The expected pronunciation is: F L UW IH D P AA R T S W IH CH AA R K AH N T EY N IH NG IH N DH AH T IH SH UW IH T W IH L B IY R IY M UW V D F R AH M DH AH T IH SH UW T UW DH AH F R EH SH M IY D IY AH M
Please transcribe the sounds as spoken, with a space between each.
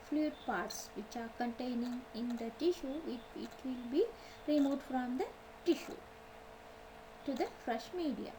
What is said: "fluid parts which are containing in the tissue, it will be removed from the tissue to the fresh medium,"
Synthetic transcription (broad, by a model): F L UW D P AA R T S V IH CH AA R K AH N T EY N IH NG IH N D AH T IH SH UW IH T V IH L B IY R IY M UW D F R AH M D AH T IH SH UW T UW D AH F R EH SH M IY D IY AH